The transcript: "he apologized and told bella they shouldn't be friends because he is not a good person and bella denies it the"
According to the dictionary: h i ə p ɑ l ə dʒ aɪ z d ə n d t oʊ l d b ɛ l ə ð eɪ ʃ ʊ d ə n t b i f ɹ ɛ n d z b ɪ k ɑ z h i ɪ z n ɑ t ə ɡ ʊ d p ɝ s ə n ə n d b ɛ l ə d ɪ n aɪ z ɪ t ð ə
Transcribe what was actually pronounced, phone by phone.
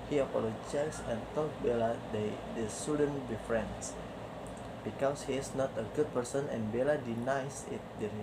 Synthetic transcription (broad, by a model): h i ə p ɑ l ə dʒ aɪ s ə n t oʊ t b ɛ l ə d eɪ s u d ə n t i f ɹ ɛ n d s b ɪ k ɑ s h i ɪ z n ɑ t ə ɡ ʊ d p ɝ s ə n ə n b ɛ l ə d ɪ n aɪ s ɪ t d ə